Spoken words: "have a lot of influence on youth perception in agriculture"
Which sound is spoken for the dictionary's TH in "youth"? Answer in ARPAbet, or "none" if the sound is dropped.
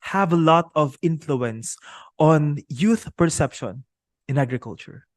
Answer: TH